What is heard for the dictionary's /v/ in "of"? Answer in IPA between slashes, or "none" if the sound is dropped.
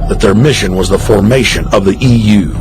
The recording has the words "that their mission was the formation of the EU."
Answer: /v/